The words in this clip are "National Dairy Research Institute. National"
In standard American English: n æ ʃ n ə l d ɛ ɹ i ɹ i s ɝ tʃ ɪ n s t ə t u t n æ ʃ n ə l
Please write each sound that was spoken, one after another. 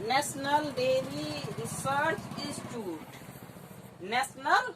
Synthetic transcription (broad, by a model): n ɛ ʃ n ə l d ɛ l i ɹ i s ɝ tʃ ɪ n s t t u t n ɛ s n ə l